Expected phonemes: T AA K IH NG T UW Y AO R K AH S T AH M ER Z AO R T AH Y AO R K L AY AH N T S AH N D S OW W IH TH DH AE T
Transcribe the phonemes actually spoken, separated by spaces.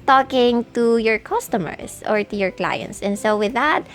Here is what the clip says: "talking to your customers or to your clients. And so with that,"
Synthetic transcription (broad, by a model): T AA K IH NG T UW Y AO R K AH S T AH M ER S AO R T AH Y AO R K L AY AH N T S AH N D S OW W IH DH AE T